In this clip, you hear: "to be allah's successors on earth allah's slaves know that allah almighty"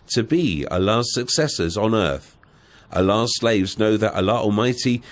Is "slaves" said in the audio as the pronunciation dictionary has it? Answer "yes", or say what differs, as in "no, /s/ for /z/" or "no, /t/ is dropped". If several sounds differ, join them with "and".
yes